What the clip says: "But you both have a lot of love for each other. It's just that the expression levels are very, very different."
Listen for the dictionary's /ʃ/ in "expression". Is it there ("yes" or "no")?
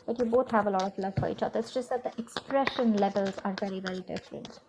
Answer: yes